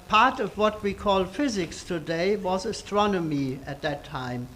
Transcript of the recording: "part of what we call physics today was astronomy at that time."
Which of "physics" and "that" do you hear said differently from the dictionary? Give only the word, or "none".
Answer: none